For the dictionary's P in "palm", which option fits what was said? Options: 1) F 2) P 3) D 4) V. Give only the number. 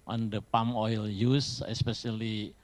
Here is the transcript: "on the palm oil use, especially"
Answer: 2